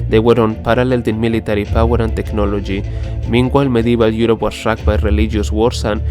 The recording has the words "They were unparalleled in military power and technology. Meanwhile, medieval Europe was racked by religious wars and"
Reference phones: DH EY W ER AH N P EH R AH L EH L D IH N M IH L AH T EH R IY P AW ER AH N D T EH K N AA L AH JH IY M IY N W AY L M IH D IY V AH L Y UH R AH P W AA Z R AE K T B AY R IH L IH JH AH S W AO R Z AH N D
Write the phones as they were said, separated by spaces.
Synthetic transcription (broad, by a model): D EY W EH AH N P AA R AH L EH L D IH N M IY L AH T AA R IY P AW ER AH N T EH K N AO L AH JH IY M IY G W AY L M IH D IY B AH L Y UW R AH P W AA S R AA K B AY R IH L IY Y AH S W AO R S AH N